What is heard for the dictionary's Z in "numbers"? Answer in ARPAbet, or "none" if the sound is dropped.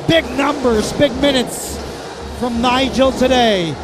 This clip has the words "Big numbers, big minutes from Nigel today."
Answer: Z